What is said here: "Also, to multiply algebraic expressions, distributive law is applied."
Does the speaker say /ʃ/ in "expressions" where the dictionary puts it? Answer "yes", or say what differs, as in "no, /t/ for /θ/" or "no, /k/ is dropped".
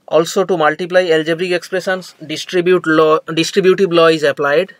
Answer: no, /s/ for /ʃ/